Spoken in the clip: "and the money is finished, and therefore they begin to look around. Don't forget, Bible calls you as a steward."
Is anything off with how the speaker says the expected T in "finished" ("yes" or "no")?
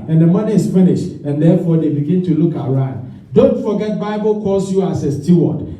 no